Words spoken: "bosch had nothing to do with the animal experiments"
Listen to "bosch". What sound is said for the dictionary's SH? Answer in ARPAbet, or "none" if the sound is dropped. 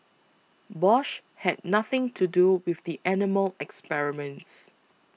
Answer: SH